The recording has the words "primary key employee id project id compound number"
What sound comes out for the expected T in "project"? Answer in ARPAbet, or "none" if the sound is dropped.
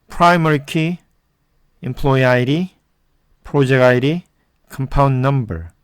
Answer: none